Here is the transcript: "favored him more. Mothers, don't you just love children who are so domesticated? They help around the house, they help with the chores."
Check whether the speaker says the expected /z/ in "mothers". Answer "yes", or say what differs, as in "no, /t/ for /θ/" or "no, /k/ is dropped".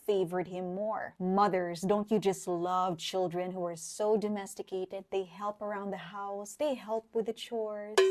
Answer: yes